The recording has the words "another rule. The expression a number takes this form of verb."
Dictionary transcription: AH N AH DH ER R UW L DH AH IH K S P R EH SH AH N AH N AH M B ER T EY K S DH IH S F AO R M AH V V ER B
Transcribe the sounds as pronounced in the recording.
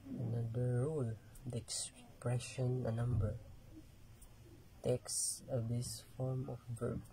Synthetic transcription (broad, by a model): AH N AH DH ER R UW L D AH IH K S P R EH SH AH N AH N AH M B ER T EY K S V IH S F AO R M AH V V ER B